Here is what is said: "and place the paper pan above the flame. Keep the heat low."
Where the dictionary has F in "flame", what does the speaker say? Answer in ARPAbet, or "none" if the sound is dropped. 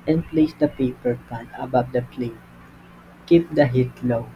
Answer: P